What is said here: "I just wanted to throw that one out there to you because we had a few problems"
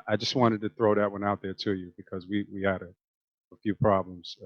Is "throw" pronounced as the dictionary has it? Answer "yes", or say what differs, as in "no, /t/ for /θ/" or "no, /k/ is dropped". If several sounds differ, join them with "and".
yes